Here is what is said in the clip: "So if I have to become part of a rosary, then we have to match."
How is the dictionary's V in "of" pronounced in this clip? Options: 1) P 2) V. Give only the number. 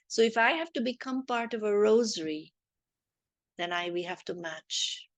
2